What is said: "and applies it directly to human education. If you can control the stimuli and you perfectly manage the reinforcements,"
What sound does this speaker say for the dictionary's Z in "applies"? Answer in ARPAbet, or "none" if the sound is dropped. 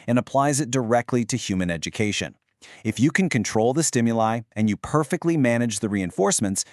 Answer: Z